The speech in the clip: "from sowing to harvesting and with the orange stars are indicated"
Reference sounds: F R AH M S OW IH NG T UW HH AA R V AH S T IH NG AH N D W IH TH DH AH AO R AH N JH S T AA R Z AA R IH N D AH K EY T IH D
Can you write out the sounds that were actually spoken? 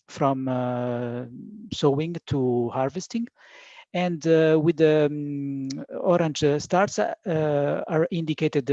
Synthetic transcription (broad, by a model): F R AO M S OW IH NG T UW HH AA R V AH S T IH NG AH N D W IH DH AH AO R AH N JH S T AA R S AA R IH N D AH K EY T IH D